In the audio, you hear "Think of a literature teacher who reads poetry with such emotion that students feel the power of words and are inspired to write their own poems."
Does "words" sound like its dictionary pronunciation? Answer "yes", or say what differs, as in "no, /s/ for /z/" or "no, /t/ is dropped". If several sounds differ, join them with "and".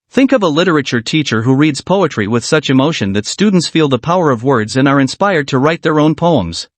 yes